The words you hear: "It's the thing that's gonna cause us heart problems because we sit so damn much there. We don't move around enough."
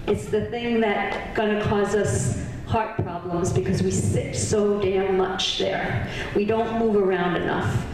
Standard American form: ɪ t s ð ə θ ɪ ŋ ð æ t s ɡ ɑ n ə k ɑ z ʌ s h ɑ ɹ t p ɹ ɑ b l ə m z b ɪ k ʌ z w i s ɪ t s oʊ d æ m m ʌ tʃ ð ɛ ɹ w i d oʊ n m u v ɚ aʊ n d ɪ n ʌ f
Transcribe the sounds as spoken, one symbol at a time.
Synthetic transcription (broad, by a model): ɪ t s ð ə θ ɪ ŋ ð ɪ t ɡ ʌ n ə k ɑ z ʌ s h ɑ ɹ t p ɹ ɑ b l ə m z b ɪ k ʌ z w i s ɪ t s oʊ d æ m m ʌ tʃ ð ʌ ɹ w i d oʊ n m u v ɚ aʊ n d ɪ n ʌ f